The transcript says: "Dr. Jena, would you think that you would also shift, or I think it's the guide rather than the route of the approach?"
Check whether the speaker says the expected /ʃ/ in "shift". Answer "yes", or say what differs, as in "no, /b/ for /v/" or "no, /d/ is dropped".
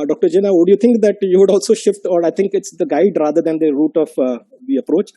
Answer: yes